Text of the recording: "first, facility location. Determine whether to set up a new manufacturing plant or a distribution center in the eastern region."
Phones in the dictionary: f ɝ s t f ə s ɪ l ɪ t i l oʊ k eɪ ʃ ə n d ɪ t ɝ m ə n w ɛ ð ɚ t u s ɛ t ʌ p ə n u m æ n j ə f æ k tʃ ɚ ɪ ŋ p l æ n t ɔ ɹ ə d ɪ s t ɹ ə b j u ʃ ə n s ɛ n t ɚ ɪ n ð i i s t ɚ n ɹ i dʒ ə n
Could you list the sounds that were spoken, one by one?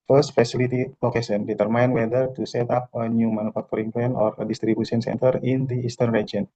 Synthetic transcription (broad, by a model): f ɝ s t f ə s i l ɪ t i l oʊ k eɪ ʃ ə n d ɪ t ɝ m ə n w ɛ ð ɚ t u s ɛ t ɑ p ə n u m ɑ n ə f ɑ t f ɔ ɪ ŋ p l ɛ n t ɔ ɹ ə d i s t ɹ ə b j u s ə n s ɛ n t ɚ ɪ n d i i s t ɚ n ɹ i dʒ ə n